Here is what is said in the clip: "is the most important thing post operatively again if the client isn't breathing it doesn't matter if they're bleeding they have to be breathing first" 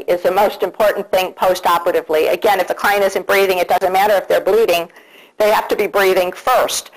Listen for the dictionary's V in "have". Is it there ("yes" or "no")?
no